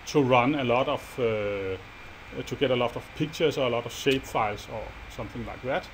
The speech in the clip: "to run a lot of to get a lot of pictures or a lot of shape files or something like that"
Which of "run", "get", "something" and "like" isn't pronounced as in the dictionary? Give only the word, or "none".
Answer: none